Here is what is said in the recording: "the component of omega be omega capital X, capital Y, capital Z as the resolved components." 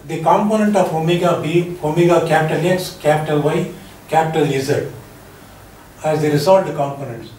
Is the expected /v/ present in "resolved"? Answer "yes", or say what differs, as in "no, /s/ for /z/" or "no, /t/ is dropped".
no, /v/ is dropped